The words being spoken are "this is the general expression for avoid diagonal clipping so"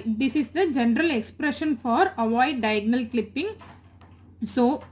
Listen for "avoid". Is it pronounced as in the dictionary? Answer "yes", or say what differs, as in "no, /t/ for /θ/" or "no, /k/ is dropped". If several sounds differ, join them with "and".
yes